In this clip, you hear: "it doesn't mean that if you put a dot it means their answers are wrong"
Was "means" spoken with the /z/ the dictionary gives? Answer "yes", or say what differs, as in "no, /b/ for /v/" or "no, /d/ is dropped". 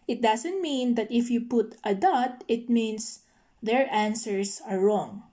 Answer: no, /s/ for /z/